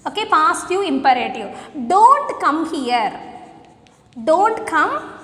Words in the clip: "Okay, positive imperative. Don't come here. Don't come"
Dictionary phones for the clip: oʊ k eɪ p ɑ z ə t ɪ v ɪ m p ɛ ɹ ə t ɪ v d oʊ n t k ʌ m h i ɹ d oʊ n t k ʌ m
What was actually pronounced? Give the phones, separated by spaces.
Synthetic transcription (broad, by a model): oʊ k eɪ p ɑ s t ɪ ɪ m p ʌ ɹ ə t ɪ d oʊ n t k ʌ m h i ɹ d oʊ n t k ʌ m